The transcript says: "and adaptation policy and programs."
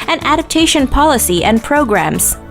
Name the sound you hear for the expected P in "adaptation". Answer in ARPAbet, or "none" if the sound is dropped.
P